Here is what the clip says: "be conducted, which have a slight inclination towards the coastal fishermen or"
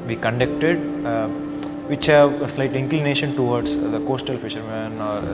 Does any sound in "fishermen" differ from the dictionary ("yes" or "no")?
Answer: no